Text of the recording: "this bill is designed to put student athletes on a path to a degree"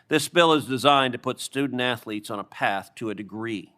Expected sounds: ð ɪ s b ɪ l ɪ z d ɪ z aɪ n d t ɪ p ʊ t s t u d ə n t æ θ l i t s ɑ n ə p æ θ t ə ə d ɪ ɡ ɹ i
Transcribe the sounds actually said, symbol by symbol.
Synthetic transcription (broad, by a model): ð ɪ s b ɪ l ɪ z d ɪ z aɪ n t ɪ p ʊ t s t u d n t æ θ l i t s n ə p æ θ t ə ə d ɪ ɡ ɹ i